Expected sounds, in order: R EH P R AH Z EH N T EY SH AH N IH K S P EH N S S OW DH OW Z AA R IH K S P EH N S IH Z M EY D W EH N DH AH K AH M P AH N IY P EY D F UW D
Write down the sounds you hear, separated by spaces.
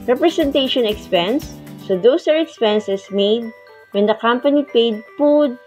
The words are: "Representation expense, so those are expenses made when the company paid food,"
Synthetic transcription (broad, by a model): R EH P R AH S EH N T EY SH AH N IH K S P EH N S S OW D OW S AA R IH K S P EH N S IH S M EY D W EH N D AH K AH M P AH N IY P EY D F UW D